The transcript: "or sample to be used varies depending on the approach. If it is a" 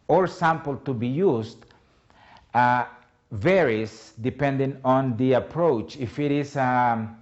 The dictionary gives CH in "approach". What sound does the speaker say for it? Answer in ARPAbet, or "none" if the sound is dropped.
CH